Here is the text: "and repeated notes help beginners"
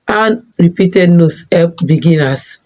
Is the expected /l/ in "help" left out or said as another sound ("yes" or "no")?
yes